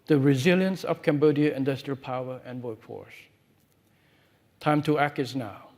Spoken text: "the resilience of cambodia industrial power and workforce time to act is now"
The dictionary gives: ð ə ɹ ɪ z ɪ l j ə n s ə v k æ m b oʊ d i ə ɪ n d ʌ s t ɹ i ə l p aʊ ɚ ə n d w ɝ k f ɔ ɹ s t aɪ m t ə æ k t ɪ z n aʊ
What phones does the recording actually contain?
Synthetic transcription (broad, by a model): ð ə ɹ ɪ z ɪ l j ə n s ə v k æ m b oʊ d i ə ɪ n d ʌ s t ɹ i ə l p aʊ ɚ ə n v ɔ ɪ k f ɔ ɹ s t aɪ m t ə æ k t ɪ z n aʊ